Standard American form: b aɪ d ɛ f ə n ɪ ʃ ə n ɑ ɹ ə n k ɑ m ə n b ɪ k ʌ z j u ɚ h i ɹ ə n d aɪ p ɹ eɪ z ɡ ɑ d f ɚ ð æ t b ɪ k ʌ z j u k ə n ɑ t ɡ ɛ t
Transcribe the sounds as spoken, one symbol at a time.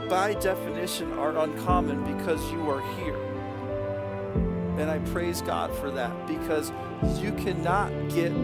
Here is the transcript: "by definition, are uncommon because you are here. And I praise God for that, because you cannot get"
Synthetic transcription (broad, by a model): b aɪ d ɛ f ə n ɪ ʃ ə n ɑ ɹ ə n k ɑ m ə n b ɪ k ʌ z j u ɚ h i ɹ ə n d aɪ p ɹ eɪ z ɡ ɑ d f ɚ ð æ t b ɪ k ʌ z j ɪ k ə n ɑ t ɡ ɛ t